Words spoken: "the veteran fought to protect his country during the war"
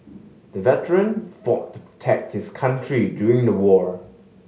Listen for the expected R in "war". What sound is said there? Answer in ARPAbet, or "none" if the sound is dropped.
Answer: R